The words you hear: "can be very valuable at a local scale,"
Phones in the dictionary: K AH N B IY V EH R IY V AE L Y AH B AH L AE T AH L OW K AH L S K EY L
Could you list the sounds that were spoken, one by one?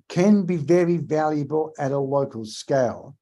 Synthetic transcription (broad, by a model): K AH N B IY V EH R IY V AE L Y AH B AH L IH T AH L OW K AH L S K EY L